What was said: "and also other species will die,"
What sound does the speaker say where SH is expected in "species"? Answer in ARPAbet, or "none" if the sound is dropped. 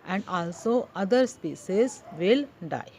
S